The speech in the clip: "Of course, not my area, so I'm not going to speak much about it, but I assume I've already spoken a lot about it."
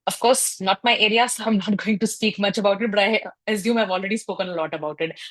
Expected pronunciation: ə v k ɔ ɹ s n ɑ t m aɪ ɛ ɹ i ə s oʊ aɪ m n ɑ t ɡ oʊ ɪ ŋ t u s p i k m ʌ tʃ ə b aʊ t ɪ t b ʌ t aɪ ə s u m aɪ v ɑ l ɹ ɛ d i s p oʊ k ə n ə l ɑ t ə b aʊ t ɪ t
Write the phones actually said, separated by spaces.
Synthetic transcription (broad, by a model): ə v k ɔ ɹ s n ɑ t m aɪ ɛ ɹ i ə s oʊ aɪ m n ɑ t ɡ oʊ ɪ ŋ t u s p i k m ʌ tʃ ə b aʊ t ɪ t b ʌ t aɪ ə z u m aɪ v ɑ l ɹ ɛ d i s p oʊ k ə n ə l ɑ t ə b aʊ t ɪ t